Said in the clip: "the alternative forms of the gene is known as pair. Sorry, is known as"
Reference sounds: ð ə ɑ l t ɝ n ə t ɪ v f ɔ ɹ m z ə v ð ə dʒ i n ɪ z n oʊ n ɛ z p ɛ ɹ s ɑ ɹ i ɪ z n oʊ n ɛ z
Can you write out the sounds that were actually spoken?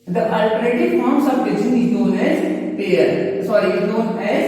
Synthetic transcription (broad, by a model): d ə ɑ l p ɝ ə t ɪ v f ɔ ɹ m s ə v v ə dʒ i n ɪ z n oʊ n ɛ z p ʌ ɹ s ɑ ɹ i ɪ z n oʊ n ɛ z